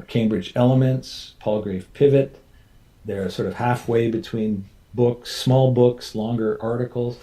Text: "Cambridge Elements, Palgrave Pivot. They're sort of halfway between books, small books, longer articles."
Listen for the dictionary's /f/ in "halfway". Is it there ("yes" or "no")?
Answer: yes